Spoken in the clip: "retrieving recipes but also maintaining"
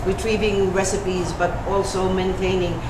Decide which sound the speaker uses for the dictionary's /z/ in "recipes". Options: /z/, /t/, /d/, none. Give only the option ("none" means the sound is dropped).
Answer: /z/